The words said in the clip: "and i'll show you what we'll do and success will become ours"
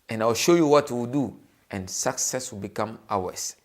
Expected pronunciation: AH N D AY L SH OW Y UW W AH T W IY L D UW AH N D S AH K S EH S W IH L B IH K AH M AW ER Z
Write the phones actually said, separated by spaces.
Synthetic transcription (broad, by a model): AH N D AY W SH OW Y UW W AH T W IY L D UW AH N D S AH K S EH S W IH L B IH K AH M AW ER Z